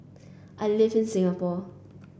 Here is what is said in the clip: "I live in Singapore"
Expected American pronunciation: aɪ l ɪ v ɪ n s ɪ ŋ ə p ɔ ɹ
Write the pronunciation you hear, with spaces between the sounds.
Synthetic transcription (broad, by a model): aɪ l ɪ f ɪ n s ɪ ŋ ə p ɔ